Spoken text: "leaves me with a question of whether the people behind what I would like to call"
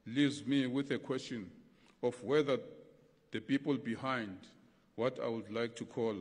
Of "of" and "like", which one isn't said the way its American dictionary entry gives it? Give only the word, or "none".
of